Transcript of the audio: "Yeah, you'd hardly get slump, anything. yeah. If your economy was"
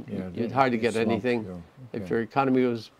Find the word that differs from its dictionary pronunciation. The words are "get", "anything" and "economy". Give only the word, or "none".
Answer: none